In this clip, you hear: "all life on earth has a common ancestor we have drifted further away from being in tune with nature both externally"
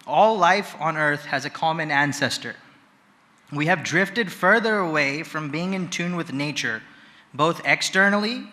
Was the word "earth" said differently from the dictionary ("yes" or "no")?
no